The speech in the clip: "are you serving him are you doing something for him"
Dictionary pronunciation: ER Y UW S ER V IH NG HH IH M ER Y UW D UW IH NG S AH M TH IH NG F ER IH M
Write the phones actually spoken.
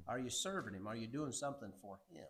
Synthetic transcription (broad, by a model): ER Y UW S ER V IH NG HH IH M ER Y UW D UW IH NG S AH M TH IH NG F ER IH M